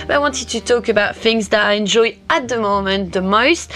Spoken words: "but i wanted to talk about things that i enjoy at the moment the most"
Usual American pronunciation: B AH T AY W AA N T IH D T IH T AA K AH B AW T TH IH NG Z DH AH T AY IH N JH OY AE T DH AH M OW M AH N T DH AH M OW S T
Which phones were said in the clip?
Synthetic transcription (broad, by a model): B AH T AY W AA N T IH D T IH T AA K AH B AW T TH IH NG Z DH AH T AY IH N JH OY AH T DH AH M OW M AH N DH AH M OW S T